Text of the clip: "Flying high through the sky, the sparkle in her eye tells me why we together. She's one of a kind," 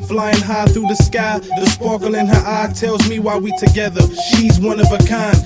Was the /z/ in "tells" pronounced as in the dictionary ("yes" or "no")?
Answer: yes